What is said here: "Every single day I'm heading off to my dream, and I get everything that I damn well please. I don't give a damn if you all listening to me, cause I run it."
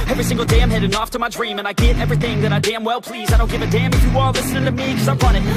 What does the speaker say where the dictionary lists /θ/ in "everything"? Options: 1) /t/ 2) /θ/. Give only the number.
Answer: 2